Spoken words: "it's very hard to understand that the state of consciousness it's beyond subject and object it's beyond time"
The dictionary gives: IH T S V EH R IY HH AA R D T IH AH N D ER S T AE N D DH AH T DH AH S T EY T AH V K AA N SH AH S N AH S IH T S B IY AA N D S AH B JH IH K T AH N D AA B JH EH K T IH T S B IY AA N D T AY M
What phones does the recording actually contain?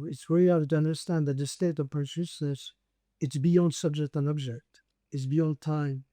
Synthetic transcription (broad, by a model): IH T S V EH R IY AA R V T IH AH N D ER S T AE N DH AH T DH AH S T EY T AH V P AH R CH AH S AH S IH T S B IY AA N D S AH B JH IH K T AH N AA B JH EH K T IH T S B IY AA N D T AY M